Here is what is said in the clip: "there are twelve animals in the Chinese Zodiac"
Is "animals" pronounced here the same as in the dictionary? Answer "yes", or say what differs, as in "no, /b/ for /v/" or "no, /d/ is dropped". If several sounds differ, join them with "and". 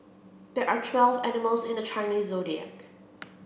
yes